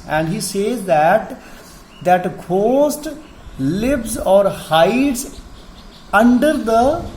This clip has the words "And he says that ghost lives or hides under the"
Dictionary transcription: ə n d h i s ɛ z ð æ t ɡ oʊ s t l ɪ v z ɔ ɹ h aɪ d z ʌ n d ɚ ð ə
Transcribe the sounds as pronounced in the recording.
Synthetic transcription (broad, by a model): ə n d h i s ɛ z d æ t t oʊ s t l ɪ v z ɔ ɹ h aɪ d z ʌ n d ɚ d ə